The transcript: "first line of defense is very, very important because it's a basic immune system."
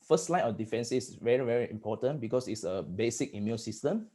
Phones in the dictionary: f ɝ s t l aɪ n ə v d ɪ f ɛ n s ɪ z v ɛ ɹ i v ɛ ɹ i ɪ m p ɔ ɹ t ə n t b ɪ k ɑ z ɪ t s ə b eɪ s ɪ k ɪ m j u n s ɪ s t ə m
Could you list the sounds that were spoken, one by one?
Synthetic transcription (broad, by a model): f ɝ s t l aɪ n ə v d ɪ f ɛ n s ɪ s v ɛ ɹ i v ɛ ɹ i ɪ m p ɔ t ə n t b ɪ k ɑ s ɪ t s ə b eɪ s ɪ k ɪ m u l s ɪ s t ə m